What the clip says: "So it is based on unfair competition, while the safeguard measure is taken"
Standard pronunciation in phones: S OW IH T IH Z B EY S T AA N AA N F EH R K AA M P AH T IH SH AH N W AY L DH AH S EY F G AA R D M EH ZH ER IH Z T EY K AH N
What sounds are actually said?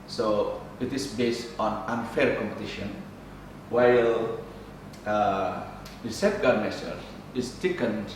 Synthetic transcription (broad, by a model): S OW IH T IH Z B EY S T AA N AA N F EH R K AA M P AH T IH SH AH N W AY L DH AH S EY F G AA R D M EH S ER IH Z T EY K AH N